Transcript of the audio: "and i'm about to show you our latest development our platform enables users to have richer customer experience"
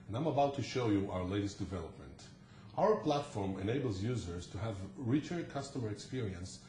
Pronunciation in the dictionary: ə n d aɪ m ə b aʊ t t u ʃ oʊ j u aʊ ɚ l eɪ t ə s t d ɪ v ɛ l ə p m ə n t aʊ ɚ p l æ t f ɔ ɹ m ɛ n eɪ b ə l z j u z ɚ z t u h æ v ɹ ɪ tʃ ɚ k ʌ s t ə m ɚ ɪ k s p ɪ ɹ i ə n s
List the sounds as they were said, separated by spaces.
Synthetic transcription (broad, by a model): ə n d aɪ m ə b aʊ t t u ʃ oʊ j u aʊ ɚ l eɪ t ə s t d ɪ v ɛ l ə p m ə n t aʊ ɚ p l æ t f ɔ ɹ m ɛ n eɪ b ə l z j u z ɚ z t u h æ v ɹ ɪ tʃ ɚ k ʌ s t ə m ɚ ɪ k s p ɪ ɹ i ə n s